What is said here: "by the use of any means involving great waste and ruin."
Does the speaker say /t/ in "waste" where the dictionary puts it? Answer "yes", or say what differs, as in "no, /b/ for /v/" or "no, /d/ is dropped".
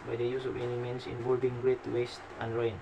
yes